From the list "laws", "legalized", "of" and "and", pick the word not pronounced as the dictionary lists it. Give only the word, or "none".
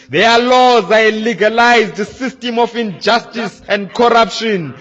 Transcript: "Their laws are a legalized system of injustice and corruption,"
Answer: of